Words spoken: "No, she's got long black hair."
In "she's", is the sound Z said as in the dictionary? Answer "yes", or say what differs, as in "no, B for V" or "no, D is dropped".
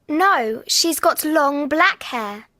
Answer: yes